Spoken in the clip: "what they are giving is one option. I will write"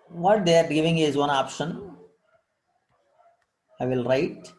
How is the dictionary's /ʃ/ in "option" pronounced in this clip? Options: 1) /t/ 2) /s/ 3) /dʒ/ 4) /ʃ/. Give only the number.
4